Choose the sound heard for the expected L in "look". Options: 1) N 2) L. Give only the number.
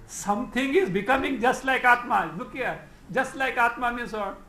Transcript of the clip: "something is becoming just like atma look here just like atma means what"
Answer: 1